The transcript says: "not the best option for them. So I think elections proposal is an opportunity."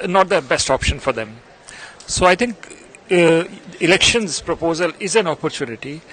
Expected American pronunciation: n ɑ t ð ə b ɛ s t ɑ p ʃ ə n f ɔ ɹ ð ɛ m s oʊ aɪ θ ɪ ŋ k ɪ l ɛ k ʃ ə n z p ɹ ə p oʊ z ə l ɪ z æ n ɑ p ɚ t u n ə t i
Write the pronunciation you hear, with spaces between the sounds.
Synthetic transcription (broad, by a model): n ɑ t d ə b ɛ s t ɑ p ʃ ə n f ɔ ɹ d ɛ m s oʊ aɪ t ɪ ŋ k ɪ l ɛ k ʃ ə n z p ɹ ə p oʊ z ə l ɪ z æ n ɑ p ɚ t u n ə t i